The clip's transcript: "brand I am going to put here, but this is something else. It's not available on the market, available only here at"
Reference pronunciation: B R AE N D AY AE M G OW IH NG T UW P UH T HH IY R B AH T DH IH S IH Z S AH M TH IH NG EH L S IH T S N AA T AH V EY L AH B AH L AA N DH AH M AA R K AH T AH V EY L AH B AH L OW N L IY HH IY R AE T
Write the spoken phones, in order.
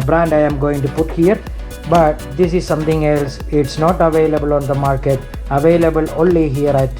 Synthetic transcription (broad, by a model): B R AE N D AY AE M G OW IH NG T UW P UH T HH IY R B AH T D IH S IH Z S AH M T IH NG EH L S IH T S N AA T AH V EY L AH B AH L AA N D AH M AA R K AH T AH V EY L AH B AH L OW N L IY HH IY R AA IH